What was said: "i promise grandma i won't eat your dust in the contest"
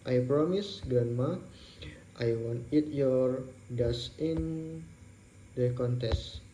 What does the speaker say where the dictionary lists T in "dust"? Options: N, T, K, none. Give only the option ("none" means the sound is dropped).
none